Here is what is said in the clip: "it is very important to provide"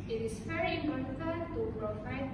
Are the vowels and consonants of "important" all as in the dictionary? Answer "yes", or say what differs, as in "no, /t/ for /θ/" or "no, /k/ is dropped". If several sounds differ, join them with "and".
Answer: no, /p/ is dropped